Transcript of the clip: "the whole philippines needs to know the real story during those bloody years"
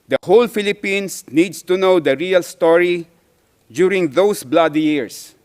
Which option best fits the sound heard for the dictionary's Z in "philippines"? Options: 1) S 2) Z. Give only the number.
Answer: 1